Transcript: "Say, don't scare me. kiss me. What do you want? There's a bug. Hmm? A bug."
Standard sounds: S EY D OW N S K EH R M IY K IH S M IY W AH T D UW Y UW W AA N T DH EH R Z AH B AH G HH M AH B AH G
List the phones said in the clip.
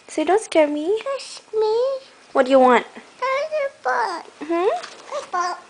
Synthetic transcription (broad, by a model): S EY D OW N S K EH R M IY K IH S M IY W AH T D UW Y UW W AA N T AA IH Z AH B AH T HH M AH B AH